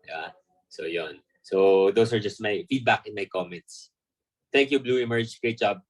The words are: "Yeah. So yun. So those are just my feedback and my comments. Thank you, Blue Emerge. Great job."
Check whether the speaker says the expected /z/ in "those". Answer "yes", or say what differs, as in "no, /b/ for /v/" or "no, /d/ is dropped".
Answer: no, /s/ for /z/